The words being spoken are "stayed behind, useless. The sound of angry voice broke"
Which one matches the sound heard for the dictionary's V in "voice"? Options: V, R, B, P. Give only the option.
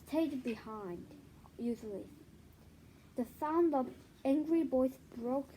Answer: B